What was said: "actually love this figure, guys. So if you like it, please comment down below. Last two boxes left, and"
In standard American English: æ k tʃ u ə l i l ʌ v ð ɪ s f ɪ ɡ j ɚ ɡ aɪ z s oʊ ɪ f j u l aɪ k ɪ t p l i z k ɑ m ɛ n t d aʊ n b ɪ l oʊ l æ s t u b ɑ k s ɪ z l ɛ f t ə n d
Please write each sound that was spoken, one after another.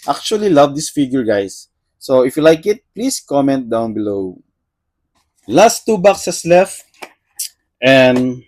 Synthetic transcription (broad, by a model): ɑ k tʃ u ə l i l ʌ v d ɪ s f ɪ ɡ j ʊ ɡ aɪ s oʊ ɪ f j u l aɪ k ɪ t p l i s k ɑ m ɛ n t d aʊ n b ɪ l oʊ l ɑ s t u b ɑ k s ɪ s l ɛ f t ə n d